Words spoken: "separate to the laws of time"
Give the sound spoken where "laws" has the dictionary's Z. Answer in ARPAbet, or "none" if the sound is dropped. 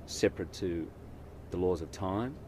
Z